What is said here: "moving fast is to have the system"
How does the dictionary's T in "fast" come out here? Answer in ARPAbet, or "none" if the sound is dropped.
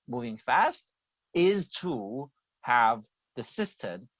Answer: T